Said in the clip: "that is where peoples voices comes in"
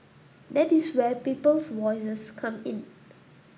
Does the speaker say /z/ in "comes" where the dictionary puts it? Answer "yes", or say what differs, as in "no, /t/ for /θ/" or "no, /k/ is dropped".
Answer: no, /z/ is dropped